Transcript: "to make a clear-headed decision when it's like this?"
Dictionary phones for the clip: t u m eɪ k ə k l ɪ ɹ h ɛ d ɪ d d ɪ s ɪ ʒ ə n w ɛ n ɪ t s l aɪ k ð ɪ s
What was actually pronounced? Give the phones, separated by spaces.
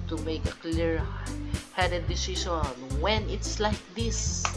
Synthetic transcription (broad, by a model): t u m eɪ k ə k l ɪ ɹ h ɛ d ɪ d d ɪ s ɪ ʃ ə n w ɛ n ɪ t s l aɪ k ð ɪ s